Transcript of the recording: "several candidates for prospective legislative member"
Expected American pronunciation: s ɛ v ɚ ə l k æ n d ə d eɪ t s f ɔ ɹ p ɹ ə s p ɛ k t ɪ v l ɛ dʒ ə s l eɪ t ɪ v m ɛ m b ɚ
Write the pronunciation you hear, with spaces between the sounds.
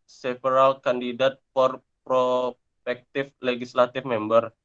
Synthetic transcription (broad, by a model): s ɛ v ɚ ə l k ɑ n d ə d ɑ t f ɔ ɹ p ɹ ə p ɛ k t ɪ f l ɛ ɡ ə s l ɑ t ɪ f m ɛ m b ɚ